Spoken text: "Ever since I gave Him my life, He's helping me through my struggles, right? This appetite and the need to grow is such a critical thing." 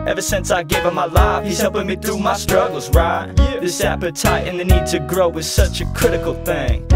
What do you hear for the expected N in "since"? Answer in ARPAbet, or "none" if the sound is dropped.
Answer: N